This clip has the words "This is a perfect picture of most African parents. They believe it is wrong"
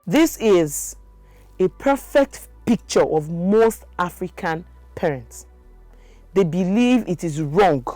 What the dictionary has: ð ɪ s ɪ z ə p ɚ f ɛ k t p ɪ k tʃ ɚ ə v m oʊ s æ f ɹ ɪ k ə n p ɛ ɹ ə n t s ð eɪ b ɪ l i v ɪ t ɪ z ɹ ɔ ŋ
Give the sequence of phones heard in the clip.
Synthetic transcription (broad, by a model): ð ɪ s ɪ z ə p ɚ f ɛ k t p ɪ k tʃ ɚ ə v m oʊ θ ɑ f ɹ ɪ k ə n p ɛ ɹ ə n t s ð eɪ b ɪ l i v ɪ t ɪ z ɹ ɔ ŋ